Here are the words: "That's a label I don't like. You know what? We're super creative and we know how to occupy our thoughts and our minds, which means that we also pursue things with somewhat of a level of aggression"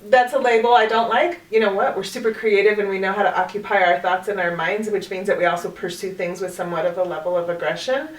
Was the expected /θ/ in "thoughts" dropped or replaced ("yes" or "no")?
no